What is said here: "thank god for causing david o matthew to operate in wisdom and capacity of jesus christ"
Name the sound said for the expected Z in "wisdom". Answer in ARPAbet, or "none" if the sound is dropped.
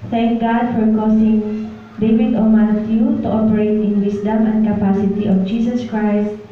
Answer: S